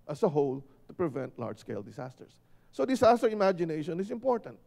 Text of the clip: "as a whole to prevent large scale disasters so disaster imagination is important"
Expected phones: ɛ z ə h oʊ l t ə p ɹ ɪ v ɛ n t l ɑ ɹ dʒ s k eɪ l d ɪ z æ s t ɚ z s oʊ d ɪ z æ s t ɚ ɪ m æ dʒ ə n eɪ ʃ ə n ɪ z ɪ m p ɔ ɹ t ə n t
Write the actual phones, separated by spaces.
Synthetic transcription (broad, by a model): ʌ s ə h oʊ l t ə p ɹ ɪ v ɛ n t l ɑ ɹ dʒ s k eɪ l d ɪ s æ s t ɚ s oʊ d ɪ s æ s t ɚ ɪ m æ dʒ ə n eɪ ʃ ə n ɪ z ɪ m p ɔ ɹ t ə n t